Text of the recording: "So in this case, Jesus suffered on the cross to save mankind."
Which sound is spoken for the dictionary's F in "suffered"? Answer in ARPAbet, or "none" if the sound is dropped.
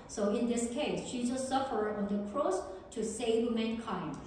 F